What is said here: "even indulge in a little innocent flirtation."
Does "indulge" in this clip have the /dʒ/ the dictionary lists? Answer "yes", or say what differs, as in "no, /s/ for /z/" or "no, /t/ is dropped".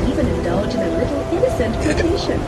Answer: yes